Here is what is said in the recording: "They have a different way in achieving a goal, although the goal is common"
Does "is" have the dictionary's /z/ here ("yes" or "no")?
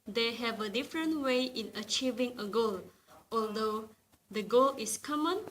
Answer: no